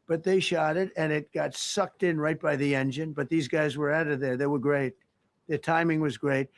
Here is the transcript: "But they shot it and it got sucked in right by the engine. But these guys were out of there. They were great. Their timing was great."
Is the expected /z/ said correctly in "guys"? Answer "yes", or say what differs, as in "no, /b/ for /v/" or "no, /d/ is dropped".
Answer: yes